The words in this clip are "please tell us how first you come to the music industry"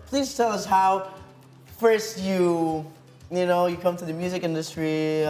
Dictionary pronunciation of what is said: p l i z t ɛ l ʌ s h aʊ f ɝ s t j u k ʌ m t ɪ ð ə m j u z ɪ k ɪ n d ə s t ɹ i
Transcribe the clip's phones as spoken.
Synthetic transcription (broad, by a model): p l i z t ɛ l ʌ s h aʊ f ɝ s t j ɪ k ʌ m t ɪ ð ə m j u z ɪ k ɪ n d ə s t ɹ i